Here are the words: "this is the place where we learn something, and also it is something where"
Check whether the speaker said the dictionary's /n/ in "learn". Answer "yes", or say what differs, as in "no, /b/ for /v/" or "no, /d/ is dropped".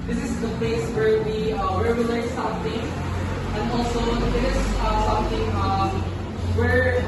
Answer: no, /l/ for /n/